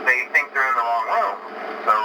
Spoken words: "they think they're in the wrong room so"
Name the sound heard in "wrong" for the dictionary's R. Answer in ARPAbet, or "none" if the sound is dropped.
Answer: L